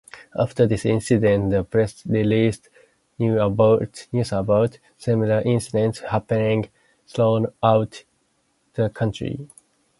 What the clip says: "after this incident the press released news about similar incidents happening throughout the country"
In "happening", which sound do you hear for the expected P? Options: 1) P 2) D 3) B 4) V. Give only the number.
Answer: 1